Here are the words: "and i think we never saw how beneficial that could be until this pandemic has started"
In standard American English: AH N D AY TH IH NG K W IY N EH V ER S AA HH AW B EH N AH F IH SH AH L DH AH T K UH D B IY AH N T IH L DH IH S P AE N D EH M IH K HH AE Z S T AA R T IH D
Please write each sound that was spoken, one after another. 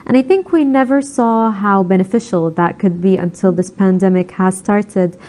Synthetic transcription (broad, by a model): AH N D AY TH IH NG K W IY N EH V ER S AA HH AW B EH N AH F IH SH L DH AH T K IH D B IY AH N T IH L DH IH S P AE N D EH M IH K HH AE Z S T AA R T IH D